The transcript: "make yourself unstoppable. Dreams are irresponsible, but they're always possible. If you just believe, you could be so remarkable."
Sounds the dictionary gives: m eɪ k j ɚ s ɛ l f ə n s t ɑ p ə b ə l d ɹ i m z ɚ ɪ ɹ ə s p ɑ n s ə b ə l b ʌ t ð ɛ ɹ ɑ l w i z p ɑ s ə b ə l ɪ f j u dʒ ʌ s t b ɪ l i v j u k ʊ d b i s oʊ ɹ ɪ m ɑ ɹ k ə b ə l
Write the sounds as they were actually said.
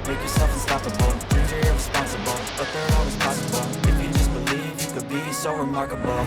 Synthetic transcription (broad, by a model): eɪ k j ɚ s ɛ f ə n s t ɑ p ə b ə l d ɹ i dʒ ɚ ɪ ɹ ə s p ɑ n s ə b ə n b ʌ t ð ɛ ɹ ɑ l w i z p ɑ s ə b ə n ɪ f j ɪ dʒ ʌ s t b ɪ l i v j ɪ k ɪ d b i s oʊ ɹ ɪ m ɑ ɹ k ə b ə